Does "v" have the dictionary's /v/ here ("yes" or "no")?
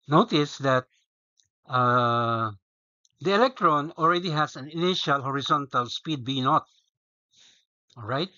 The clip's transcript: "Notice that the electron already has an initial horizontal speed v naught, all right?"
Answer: no